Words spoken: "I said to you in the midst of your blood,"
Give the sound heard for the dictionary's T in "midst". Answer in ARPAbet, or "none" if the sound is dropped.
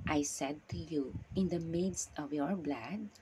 T